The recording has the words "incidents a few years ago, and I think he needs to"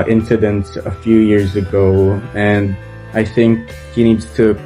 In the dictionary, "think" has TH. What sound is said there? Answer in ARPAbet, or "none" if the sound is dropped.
TH